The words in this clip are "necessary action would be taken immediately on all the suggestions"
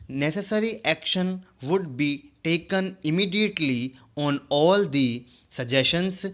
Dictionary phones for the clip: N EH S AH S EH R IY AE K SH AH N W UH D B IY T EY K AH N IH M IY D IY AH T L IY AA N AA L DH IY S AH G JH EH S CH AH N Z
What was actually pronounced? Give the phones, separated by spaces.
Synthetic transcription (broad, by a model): N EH S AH S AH R IY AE K SH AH N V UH D B IY T EY K AH N IH M IY D IY AH T L IY AA N AA L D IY S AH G JH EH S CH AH N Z